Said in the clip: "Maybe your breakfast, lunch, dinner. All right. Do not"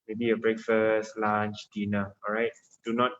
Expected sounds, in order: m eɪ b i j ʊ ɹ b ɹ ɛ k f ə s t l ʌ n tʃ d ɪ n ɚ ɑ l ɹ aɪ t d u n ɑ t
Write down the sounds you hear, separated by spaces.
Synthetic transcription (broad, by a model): m eɪ b i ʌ b ɹ ɛ k f ə s t l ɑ n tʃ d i n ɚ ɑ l ɹ aɪ t d u n ɑ t